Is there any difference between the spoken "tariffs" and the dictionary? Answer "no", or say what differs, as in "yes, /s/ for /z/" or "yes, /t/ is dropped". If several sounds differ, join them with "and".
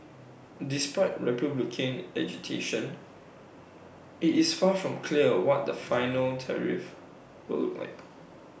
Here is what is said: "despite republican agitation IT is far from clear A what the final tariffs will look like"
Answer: yes, /s/ is dropped